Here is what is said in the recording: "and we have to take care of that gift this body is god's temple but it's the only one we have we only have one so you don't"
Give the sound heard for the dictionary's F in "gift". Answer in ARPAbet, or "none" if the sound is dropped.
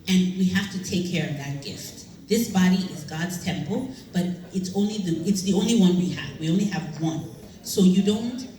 F